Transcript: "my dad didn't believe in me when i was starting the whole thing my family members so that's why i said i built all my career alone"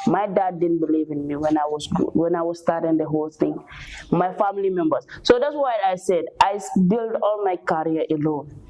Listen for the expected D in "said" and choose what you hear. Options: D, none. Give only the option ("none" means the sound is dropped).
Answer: D